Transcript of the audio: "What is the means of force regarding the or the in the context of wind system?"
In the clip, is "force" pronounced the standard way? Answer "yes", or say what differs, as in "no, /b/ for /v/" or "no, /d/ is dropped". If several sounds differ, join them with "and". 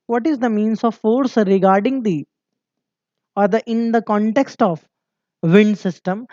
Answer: yes